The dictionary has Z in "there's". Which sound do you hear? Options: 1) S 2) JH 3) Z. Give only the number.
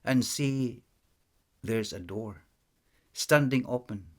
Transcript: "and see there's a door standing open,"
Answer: 3